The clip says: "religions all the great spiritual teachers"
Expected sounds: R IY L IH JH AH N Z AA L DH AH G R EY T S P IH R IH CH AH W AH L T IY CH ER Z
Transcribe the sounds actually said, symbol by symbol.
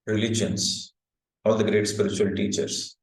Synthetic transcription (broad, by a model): R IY L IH JH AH N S AA L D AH G R EY T S P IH R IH CH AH AH L T IY CH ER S